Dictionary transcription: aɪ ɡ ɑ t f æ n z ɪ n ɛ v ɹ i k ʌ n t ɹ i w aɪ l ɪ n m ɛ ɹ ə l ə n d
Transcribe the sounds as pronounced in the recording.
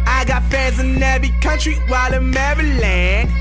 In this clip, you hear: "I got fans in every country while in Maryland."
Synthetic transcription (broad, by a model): aɪ ɡ ɑ t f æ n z ɪ n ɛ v i k ʌ n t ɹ i w aɪ l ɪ m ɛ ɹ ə l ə n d